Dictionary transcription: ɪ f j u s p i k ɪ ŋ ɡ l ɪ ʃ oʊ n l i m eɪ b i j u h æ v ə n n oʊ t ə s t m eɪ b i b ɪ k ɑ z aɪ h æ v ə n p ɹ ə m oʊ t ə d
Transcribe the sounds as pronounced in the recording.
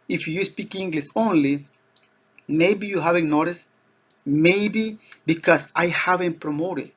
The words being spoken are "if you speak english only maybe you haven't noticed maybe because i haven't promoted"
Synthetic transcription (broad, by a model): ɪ f j u s p i k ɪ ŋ ɡ l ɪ s oʊ n l i m eɪ b i j u h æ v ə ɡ n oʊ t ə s m eɪ b i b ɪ k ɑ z aɪ h æ v ə n p ɹ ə m oʊ t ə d